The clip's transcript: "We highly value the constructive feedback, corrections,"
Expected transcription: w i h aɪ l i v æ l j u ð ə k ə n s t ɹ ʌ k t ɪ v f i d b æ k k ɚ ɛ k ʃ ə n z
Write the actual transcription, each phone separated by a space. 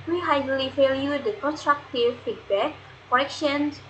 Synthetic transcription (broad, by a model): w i h aɪ l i f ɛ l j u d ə k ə n s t ɹ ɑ k t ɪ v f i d b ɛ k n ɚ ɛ k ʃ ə n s